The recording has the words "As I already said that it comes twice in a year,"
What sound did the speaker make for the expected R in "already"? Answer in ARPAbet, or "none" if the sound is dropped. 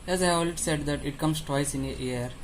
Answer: L